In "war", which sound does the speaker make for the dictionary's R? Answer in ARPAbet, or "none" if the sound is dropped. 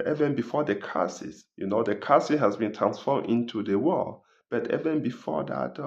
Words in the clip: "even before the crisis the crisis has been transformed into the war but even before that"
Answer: L